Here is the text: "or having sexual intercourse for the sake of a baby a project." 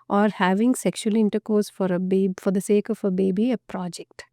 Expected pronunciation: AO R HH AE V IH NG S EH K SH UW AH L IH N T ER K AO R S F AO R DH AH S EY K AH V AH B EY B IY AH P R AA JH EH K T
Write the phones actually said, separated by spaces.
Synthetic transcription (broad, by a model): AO R HH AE V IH NG S EH K SH UW AH L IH N T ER K AO R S F AO R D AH S EY K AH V AH B EY B IY AH P R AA JH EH K T